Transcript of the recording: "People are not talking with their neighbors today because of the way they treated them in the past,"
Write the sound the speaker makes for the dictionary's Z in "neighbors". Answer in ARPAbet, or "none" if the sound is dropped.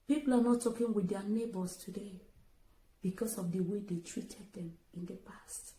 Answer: S